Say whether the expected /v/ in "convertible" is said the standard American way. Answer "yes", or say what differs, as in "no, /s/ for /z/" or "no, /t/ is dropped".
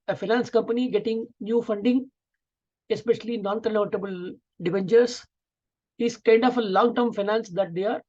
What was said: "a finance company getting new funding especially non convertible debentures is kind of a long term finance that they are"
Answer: no, /v/ is dropped